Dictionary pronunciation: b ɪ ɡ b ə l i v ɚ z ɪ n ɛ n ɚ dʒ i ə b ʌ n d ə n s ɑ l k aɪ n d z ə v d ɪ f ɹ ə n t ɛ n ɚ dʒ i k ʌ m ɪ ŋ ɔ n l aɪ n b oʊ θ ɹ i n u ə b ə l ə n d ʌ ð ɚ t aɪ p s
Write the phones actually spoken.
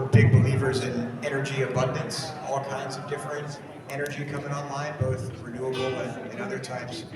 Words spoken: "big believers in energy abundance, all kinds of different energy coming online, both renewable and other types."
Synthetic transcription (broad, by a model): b ɪ ɡ b ə l i v ɚ z ɪ n ɛ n ɚ dʒ i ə b ʌ n d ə n s ɑ l k aɪ n d z ə v d ɪ f ɹ ə n t ɛ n ɚ dʒ i k ʌ m ɪ ŋ ɔ n l aɪ n b oʊ θ ɹ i n u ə b l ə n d ʌ ð ɚ t aɪ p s